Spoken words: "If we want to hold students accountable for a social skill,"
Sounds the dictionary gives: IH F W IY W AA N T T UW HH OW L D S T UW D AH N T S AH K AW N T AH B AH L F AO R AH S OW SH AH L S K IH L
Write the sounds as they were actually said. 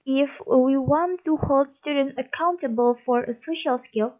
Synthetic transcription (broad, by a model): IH F W IY W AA N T T UW HH OW L D S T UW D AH N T AH K AW N T AH B AH L F AO R AH S OW SH AH L S K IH L